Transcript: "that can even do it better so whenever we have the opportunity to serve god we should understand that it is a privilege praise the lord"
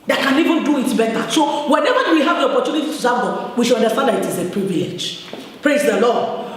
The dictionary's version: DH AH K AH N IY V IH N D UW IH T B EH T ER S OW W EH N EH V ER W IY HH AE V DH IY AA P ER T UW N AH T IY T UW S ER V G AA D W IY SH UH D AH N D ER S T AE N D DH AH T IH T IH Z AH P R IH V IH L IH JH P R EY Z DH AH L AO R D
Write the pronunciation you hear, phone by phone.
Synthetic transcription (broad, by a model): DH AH K AH N IY V IH N D UW IH T B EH T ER S OW W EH N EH V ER W IY HH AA V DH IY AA P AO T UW N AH T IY T UW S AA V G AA W IY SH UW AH N D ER S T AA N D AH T IH T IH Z AH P UW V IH IH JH P R EY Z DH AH L AO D